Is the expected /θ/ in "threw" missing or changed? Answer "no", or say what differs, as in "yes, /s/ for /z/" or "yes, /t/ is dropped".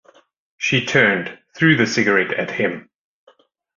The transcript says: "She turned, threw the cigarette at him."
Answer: no